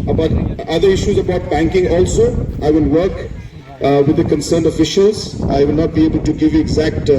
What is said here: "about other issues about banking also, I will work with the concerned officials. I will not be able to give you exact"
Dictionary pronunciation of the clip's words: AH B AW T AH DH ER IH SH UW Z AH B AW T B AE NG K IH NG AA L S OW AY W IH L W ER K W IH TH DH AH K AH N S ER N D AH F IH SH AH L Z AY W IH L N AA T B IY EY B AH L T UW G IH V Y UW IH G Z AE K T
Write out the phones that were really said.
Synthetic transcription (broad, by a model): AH B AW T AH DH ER IH SH UW Z AH B AW T B AE NG K IH NG AA L S OW AY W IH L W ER K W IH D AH K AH N S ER N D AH F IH SH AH L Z AY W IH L N AA T B IY EY B AH L T UW G IH V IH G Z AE K T